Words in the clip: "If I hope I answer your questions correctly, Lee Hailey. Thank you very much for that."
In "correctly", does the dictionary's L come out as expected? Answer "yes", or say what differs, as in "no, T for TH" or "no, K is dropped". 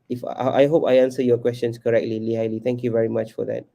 yes